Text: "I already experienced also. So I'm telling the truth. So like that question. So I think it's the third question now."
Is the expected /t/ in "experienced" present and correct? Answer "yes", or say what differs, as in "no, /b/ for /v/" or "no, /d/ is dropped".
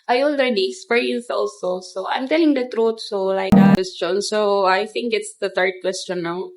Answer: no, /t/ is dropped